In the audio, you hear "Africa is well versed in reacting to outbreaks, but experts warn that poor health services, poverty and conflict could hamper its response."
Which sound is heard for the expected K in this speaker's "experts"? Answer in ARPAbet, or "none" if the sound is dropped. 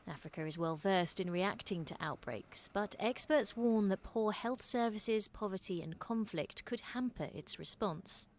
K